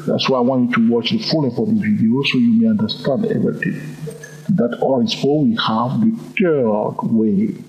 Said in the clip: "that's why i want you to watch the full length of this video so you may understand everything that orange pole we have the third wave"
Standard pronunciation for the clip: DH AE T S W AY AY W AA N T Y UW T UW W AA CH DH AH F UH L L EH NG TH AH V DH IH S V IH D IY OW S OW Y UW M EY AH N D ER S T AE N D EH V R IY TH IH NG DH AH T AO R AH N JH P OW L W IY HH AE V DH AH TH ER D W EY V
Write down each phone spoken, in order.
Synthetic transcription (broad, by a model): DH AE T S W AY AY W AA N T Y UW T UW W AA CH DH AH F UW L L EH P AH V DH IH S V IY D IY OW S OW Y UW M EY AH N D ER S T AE N D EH V R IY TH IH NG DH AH T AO AH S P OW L W IY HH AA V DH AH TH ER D W EY